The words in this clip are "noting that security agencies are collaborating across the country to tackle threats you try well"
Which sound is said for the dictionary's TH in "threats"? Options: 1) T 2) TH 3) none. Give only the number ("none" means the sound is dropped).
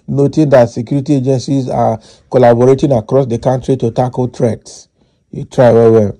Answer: 1